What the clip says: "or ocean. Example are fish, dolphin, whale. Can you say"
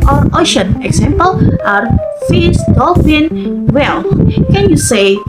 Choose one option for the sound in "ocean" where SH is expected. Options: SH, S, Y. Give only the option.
SH